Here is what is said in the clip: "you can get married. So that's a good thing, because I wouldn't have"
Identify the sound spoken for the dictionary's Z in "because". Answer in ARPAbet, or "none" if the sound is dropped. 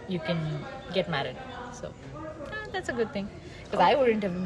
none